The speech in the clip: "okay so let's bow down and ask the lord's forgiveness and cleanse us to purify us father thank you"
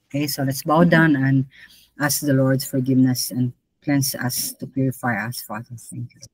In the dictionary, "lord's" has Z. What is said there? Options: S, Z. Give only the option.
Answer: S